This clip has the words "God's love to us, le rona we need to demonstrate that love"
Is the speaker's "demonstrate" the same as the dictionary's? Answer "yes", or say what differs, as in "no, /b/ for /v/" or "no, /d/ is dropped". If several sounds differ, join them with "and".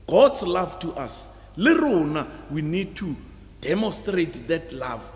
yes